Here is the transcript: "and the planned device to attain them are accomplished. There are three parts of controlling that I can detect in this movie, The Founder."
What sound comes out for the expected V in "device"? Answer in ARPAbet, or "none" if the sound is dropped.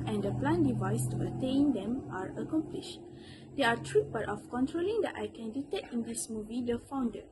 V